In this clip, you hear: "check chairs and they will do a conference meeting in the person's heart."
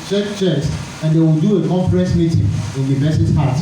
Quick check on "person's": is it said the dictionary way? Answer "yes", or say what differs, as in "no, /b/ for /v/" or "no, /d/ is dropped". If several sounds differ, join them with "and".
no, /b/ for /p/